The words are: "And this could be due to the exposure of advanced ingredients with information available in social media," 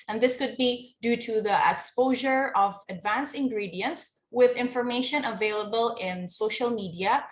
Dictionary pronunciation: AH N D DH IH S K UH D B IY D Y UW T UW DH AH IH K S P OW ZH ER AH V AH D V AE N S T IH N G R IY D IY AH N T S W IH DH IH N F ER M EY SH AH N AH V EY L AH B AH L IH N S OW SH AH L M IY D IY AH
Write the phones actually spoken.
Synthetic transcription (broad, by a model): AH N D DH IH S K UH D B IY D Y UW T UW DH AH IH K S P OW ZH ER AH V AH D V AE N S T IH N G R IY D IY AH N T S W IH DH IH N F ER M EY SH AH N AH V EY L AH B AH L IH N S OW SH AH L M IY D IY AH